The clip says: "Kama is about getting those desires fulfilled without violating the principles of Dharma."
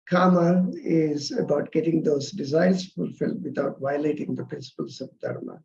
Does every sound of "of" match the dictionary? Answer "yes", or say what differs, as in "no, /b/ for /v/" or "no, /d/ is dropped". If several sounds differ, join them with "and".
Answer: no, /b/ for /v/